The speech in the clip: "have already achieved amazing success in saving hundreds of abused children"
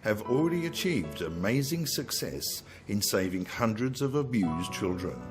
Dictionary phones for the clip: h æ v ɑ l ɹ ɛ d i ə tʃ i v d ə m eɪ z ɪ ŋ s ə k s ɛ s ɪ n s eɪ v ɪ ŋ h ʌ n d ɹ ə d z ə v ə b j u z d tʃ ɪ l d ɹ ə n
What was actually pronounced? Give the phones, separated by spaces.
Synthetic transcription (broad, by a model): h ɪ v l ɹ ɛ d i ə tʃ i v d ə m eɪ z ɪ ŋ s ə k s ɛ s ɪ n s eɪ v ɪ ŋ h ʌ n d ɹ ə d z ə v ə b j u z tʃ ɪ l d ɹ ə n